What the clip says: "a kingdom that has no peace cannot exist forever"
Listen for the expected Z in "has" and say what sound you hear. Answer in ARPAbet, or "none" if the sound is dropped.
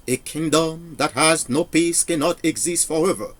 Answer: Z